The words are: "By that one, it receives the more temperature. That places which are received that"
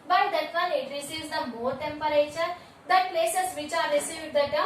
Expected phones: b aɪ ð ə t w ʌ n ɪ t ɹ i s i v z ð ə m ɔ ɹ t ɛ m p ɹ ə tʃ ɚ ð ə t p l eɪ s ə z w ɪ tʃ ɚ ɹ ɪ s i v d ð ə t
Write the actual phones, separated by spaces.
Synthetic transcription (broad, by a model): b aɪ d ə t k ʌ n ɪ t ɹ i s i z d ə m ɔ ɹ t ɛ m p ɹ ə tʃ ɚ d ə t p l eɪ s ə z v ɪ tʃ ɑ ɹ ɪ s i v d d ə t